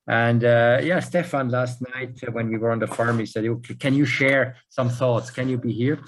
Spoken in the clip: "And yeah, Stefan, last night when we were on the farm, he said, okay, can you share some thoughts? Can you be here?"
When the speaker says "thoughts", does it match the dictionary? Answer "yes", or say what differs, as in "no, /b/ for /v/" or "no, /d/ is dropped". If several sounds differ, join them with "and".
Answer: yes